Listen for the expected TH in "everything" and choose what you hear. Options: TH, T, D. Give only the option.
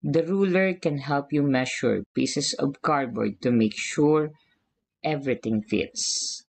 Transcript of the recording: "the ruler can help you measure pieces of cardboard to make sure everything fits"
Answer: T